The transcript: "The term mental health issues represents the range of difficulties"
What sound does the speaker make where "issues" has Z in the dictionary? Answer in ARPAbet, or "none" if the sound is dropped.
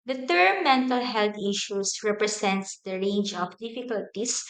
S